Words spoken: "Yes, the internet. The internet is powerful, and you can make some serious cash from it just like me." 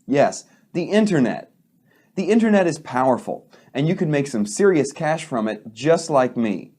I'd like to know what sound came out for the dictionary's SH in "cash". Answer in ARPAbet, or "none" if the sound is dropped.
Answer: SH